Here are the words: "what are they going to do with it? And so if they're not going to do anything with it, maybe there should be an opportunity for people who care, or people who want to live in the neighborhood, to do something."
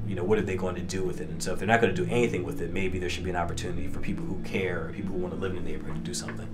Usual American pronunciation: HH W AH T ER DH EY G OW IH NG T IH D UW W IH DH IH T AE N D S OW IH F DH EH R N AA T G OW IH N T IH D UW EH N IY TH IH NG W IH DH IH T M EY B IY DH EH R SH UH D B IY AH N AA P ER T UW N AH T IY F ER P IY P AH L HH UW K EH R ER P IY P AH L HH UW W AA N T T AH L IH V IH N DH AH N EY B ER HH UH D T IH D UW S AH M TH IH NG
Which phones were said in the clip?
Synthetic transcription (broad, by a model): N W AH T ER DH EY G OW IH NG T IH D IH W IH DH IH T N S OW IH F DH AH R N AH T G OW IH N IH D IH EH N IY TH IH NG W IH DH IH T M EY B IY DH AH R SH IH D B IY AH N AA P ER T UW N AH T IY F ER P IY P L HH UW K EH R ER P IY P L HH UW W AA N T T AH L IH V IH N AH N EY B ER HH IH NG T IH D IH S AH M TH IH NG